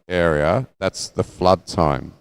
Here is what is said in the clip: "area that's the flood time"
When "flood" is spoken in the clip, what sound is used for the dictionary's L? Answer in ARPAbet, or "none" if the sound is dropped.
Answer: L